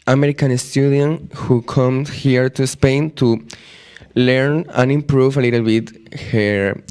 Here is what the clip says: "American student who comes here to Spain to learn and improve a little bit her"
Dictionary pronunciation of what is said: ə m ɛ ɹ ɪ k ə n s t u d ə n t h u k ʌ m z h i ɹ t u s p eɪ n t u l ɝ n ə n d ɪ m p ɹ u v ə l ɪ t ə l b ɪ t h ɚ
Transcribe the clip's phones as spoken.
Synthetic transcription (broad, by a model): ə m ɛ ɹ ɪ k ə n s t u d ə n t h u k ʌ m h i ɹ t u s p eɪ n t u l ɝ n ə n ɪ m p ɹ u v ə l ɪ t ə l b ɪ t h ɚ